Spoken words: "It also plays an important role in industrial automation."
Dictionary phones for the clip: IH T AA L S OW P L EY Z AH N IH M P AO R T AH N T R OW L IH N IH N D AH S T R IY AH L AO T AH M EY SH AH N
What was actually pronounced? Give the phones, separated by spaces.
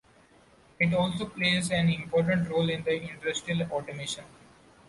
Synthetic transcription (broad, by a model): IH T AA L S OW P L EY Z AH N IH M P AO R T AH N T R OW L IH N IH N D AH S T IY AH L AO T AH M EY SH AH N